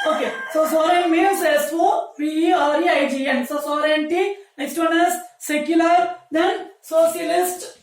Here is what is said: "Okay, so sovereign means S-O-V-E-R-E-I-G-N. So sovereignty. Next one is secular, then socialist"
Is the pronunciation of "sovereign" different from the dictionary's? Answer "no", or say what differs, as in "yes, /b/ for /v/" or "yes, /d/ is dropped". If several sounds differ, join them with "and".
yes, /v/ is dropped